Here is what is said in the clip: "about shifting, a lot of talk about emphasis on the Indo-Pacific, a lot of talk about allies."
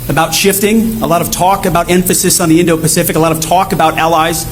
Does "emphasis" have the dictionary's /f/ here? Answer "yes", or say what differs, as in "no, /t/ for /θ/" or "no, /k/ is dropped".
yes